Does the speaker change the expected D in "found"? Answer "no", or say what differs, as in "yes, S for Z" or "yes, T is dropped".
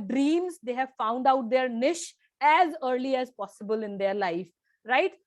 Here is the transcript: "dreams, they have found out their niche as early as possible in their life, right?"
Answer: no